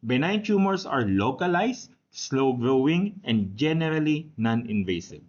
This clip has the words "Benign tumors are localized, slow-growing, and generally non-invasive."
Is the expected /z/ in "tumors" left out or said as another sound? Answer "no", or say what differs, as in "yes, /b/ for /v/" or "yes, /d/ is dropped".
yes, /s/ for /z/